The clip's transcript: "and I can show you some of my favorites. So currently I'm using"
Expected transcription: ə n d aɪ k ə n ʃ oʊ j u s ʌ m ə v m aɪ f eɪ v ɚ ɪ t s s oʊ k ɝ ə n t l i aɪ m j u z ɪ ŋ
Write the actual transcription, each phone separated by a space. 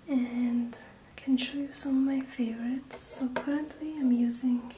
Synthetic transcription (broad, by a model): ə n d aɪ k ə n ʃ oʊ j u s ʌ m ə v m aɪ f eɪ v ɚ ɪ t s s oʊ k ɝ ə n t l i aɪ m j u z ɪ ŋ